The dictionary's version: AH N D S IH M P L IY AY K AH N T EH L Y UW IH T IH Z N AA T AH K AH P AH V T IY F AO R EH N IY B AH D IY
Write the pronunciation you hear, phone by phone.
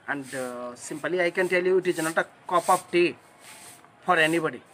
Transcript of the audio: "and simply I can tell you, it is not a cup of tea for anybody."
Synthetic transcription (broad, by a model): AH N D S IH M P L IY AY K AH N T EH L Y UW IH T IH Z N AA T AH K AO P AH P T IY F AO R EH N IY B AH D IY